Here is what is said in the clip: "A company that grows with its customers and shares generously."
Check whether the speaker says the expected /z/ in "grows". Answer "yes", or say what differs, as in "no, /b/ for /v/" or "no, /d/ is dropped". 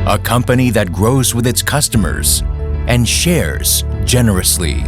yes